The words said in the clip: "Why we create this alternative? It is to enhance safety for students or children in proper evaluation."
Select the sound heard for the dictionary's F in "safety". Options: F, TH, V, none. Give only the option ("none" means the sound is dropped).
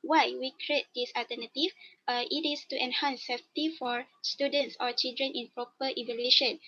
none